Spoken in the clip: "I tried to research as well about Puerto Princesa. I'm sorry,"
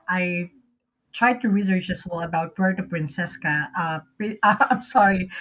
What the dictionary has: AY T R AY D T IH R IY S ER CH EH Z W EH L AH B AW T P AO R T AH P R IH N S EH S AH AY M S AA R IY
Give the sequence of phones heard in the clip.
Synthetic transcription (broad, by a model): AY T R AY D T IH R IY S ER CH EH S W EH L AH B AW T B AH R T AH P R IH N S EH S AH AY M S AA R IY